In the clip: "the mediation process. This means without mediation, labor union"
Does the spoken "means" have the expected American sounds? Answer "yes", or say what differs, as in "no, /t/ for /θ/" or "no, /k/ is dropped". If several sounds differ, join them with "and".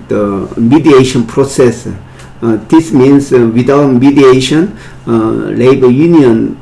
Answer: no, /s/ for /z/